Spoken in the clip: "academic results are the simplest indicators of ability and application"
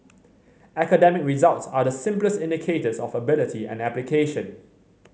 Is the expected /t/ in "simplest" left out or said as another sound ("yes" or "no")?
no